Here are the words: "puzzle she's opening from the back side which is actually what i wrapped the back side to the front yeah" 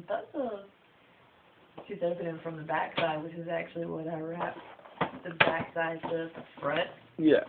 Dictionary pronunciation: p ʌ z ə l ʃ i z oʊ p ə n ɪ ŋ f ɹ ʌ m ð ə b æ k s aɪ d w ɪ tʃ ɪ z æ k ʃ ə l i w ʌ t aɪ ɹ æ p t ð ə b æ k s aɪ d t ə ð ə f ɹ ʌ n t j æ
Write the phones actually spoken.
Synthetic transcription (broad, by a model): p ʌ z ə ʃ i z oʊ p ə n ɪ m f ɹ ʌ m ð ə b æ k s aɪ d w ɪ tʃ ɪ z æ k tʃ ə l i w ʌ t aɪ ɹ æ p ð ə b æ k s aɪ d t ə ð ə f ɹ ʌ t j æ